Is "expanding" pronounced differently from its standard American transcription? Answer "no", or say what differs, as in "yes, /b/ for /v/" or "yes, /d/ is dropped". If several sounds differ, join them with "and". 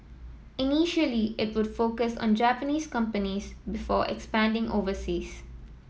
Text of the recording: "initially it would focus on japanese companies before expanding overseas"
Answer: no